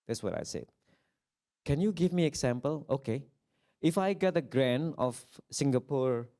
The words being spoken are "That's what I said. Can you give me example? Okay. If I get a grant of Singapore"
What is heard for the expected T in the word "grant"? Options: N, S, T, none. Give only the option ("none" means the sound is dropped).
none